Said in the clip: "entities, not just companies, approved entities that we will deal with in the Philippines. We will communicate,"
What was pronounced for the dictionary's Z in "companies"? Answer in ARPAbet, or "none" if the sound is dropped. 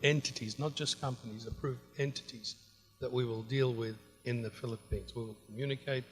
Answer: Z